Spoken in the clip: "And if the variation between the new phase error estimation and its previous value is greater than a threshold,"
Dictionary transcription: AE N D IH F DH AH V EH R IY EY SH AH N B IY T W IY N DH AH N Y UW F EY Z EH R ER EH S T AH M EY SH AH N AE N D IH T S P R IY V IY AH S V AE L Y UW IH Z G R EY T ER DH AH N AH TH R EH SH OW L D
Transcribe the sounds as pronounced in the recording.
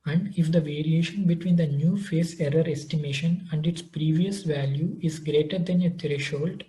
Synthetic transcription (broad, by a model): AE N D IH F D AH V EH R IY EY SH AH N B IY T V IY N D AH N Y UW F EY S EH R ER EH S T AH M EY SH AH N AE N D IH T S P R IY V IY AH S V AE L Y UW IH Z G R EY T ER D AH N AH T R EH SH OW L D